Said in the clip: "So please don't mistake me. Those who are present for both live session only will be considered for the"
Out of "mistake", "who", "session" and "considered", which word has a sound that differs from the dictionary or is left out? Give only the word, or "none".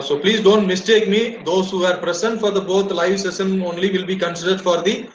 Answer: session